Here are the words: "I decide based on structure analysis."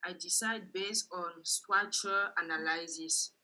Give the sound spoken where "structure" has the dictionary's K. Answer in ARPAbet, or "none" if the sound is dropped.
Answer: none